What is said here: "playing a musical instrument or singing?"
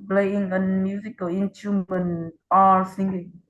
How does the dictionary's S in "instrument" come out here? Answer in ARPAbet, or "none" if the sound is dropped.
none